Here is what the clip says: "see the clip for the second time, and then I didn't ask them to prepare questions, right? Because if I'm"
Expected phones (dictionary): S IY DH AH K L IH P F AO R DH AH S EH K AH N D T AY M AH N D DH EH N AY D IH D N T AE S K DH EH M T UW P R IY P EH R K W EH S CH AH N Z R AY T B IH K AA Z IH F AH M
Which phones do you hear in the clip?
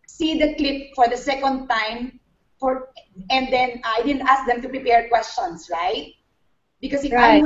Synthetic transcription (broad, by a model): S IY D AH K L IH P F AO R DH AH S EH K AH N D T AY M AH N D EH N AY D IH D N T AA S K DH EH M T UW P R IY P EH R K W EH S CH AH N S R AY T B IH K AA S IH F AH